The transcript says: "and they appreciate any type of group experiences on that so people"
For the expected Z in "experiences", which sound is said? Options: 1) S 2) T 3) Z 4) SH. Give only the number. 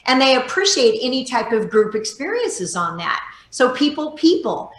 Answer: 3